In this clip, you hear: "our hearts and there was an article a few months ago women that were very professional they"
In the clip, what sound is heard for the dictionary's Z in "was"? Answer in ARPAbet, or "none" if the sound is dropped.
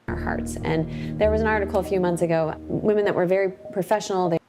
Z